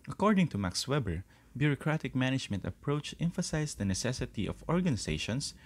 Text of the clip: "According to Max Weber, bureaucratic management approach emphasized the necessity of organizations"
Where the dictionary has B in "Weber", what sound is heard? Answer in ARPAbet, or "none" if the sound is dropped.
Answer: B